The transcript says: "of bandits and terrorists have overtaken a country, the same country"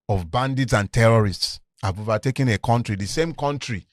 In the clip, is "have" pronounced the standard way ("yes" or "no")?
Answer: no